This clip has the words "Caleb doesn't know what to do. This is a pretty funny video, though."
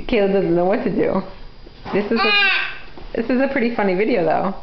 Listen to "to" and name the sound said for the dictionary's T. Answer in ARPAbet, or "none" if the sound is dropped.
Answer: S